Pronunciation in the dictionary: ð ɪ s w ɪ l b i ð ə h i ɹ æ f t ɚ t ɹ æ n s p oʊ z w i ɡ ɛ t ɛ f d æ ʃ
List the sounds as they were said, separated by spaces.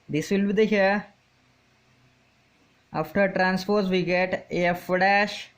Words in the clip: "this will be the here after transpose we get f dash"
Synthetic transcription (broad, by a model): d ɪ s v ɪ l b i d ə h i ɹ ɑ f t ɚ t ɹ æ n s f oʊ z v i ɡ ɛ t ɛ f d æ ʃ